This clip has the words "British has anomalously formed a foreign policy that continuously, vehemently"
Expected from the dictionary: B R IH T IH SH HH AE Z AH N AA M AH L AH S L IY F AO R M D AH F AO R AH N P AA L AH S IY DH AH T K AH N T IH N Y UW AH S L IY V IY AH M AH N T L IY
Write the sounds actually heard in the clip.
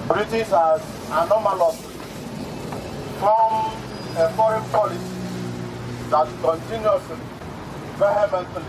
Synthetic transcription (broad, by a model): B R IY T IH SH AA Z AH N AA M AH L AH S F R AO M AH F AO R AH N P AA L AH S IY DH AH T K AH N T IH N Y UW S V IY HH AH M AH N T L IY